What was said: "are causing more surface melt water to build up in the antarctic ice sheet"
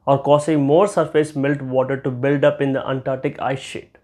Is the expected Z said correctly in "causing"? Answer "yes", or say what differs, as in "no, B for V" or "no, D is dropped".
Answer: no, S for Z